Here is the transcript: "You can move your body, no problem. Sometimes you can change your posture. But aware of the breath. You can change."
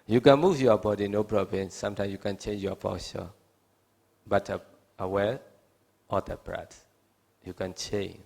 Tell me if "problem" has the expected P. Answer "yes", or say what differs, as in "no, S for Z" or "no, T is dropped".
no, B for P